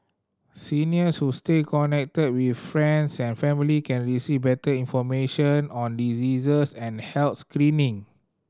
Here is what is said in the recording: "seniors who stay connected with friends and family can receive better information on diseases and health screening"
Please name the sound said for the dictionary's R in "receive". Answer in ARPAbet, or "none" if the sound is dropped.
R